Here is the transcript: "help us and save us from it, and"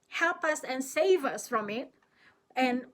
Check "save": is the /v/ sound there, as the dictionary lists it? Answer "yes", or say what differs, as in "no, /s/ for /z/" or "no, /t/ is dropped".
yes